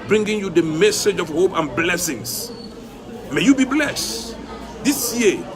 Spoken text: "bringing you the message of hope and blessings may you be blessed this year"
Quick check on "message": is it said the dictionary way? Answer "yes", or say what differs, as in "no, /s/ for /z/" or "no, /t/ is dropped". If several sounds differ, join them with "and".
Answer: yes